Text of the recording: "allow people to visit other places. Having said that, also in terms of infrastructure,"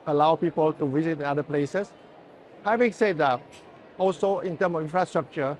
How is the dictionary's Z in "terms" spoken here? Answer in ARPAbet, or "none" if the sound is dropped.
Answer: none